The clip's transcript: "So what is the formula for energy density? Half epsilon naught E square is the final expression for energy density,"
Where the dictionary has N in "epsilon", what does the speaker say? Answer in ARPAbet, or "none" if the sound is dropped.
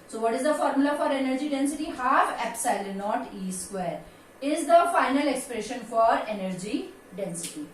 L